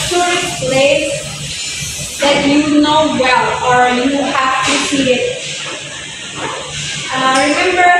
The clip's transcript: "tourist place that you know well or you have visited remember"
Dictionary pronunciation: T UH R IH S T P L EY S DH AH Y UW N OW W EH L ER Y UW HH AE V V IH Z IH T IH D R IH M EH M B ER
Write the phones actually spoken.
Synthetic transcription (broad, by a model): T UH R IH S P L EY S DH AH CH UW N OW W EH L ER Y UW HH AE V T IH S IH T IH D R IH M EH M B ER